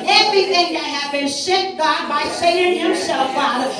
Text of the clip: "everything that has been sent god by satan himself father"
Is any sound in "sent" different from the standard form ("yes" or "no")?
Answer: yes